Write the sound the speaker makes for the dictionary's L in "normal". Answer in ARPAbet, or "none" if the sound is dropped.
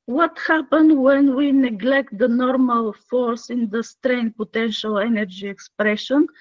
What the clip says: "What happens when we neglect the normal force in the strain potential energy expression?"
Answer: L